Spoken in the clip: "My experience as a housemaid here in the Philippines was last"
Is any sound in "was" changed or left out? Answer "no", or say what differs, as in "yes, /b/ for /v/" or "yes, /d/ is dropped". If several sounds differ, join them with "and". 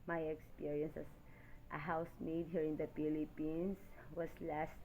yes, /s/ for /z/